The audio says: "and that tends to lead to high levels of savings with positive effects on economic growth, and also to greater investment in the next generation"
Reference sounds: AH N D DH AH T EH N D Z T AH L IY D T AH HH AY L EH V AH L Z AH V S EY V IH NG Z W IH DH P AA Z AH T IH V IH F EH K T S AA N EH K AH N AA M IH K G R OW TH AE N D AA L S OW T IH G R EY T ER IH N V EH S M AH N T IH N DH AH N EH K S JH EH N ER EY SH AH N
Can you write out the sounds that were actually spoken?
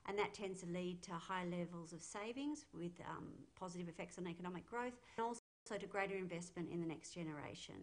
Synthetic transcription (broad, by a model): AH N DH AH T EH N D Z T AH L IY D T AH HH AY L EH V AH L Z AH V S EY V IH NG Z W IH DH P AA Z AH T IH V IH F EH K T S N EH K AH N AA M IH K G R OW TH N AA L S OW T IH G R EY T ER IH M V EH S M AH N T IH N DH AH N EH K S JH EH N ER EY SH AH N